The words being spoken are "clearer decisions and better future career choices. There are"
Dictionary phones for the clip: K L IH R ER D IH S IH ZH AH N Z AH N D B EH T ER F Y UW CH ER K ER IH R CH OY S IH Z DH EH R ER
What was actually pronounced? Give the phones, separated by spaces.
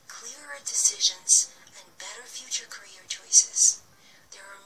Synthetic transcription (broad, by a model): K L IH R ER D IH S IH ZH AH N Z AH N B EH T ER F Y UW CH ER K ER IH R CH OY S IH Z DH EH R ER